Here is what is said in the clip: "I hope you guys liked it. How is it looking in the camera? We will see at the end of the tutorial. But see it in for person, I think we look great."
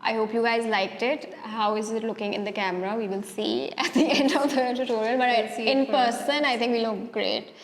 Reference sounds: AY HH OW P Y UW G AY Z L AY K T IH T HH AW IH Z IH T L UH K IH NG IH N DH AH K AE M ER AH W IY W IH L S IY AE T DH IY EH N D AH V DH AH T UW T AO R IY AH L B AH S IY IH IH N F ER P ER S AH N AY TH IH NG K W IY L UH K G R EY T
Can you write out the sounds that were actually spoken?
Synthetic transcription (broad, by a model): AY HH OW P Y UW G AY Z L AY K T IH T HH AW IH Z IH T L UH K IH NG IH N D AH K AE M ER AH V IY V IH L S IY AE T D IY EH N D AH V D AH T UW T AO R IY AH N B AH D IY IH IH N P P ER S AH N AY T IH NG K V IY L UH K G R EY T